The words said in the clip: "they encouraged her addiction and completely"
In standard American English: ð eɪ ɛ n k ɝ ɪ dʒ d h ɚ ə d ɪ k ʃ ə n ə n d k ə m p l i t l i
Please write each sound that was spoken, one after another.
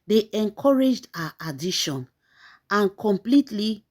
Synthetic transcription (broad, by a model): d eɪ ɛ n k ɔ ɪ dʒ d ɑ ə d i ʃ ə n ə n k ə m p l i t l i